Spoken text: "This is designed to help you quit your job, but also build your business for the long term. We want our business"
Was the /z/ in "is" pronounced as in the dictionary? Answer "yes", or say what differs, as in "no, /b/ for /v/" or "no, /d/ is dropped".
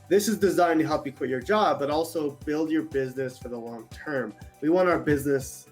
yes